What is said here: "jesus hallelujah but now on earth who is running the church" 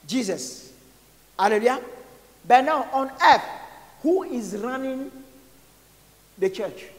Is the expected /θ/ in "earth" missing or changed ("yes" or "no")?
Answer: yes